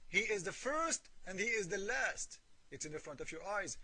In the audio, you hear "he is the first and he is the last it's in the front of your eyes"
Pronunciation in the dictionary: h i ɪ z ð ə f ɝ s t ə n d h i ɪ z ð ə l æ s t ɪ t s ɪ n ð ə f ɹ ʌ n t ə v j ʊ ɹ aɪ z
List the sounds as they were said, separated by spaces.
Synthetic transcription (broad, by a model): h i ɪ z ð ə f ɝ s t ə n d h i ɪ z ð ə l æ s t ɪ t s ɪ n ð ə f ɹ ʌ n t ə v j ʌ ɹ aɪ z